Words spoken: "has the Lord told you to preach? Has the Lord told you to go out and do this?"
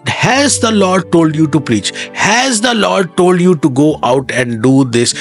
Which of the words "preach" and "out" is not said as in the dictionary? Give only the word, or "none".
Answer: none